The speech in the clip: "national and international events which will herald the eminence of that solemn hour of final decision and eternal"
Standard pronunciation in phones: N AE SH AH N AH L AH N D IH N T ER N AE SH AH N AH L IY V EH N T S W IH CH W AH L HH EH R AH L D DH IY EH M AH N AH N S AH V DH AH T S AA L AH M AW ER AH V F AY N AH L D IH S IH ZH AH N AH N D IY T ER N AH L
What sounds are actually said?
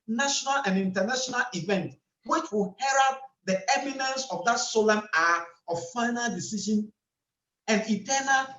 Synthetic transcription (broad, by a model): N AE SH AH N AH L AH N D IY N T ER N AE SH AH N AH L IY V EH N T W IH CH W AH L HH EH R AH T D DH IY EH M AH N AH N S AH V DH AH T S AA L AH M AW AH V F AY N AH L D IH S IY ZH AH N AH N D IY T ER N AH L